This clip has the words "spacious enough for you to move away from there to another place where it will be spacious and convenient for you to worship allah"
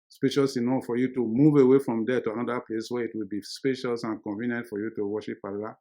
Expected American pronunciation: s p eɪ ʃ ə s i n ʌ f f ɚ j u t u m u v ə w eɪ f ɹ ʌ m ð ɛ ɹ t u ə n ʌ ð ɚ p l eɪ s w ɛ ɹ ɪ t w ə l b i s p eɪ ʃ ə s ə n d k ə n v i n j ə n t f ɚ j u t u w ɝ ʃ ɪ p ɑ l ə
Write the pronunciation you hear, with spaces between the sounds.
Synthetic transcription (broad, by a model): s p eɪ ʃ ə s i n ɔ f f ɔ j u t u m u v ə w eɪ f ɹ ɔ m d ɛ t u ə n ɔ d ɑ p l eɪ s w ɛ ɪ t w ə l b i s p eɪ ʃ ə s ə n k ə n v i n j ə n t f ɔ j u t u w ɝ ʃ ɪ p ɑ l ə